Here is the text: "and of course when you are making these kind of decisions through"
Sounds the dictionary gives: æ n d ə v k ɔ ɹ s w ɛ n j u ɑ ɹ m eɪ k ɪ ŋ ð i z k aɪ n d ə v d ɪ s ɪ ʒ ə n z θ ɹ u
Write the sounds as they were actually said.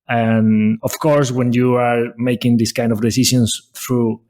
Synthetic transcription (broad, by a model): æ n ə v k ɔ ɹ s w ɛ n j u ɑ ɹ m eɪ k ɪ ŋ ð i s k aɪ n d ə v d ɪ s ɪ ʃ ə n s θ ɹ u